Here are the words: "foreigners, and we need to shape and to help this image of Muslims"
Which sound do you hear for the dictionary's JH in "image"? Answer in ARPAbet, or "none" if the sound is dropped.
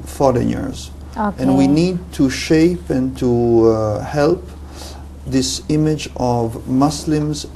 JH